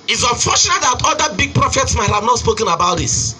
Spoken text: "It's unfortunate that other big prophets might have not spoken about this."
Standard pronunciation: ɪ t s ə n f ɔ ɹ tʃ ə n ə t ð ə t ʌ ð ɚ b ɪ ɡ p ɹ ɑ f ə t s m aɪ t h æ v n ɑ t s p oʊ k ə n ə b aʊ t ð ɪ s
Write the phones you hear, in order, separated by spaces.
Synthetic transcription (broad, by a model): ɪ t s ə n f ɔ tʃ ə n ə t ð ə t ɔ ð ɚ b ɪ ɡ p ɹ ɑ f ə t s m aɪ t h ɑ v n ɑ t s p oʊ k ə n ə b aʊ t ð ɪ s